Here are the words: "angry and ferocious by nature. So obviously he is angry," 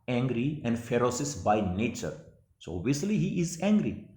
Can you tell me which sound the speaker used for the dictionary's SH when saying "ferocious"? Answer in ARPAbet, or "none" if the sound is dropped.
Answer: S